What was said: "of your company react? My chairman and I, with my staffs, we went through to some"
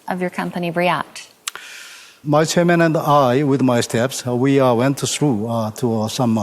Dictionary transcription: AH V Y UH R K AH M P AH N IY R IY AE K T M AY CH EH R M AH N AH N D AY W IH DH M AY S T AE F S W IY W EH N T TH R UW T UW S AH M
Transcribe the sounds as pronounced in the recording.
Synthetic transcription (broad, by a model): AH V Y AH R K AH M P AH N IY R IY AE K T M AY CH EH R M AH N AH N D AY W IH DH M AY S T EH P S W IY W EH N T S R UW T UW S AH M